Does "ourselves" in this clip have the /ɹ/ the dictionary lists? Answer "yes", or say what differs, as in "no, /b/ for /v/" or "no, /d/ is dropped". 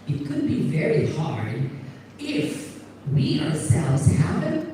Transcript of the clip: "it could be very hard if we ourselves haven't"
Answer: yes